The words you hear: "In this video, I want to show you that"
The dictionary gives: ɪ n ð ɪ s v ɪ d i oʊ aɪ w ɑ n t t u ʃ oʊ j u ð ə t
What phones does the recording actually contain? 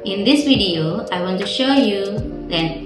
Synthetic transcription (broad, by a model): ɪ n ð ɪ s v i d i oʊ aɪ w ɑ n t t u ʃ oʊ j u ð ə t